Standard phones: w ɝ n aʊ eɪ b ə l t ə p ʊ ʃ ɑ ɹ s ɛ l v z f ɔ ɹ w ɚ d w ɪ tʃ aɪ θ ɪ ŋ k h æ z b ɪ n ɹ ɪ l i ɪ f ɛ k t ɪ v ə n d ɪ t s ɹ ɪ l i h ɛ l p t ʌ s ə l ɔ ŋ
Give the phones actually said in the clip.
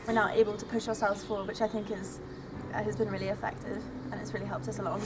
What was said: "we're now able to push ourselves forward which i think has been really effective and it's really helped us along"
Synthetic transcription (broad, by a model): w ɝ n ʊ eɪ b ə l t ə p ʊ ʃ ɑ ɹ s ɛ l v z f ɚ w ɪ tʃ aɪ θ ɪ ŋ k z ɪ z b ɪ n ɹ ɪ l i ɪ f ɛ k t ɪ v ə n ɪ t s ɹ ɪ l i h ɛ l p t ʌ s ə l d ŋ